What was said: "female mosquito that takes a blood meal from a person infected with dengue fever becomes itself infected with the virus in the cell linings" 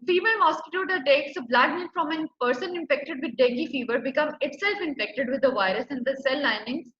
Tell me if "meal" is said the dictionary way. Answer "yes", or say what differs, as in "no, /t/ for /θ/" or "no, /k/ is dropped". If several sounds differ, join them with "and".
no, /n/ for /l/